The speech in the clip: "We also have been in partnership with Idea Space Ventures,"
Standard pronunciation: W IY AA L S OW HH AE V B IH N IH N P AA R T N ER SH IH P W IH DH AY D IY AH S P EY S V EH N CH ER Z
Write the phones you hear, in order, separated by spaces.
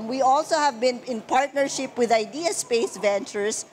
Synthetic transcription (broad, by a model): W IY AA L S OW HH AE V B IH N IH N P AA R T N ER SH IH P W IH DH AY D IY AH S P EY S V EH N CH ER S